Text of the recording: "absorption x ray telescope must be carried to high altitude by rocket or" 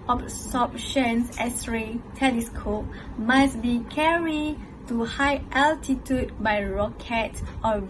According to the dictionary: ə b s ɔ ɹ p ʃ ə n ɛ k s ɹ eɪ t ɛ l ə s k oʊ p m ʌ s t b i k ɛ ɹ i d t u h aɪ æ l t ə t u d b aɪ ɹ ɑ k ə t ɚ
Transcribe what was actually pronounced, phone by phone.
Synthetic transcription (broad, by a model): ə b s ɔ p ʃ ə n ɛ s ɹ eɪ t ɛ l ə s k oʊ p m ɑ s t b i k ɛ ɹ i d t u h aɪ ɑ l t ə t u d b aɪ ɹ ɑ k ə t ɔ